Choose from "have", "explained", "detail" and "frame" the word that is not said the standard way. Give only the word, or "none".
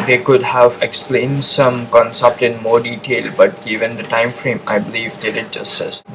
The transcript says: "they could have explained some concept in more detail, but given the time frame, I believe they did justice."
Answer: none